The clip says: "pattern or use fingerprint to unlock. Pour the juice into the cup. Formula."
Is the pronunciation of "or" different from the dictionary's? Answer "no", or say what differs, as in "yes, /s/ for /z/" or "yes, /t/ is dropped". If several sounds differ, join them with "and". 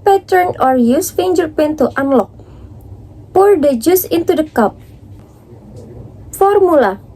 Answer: no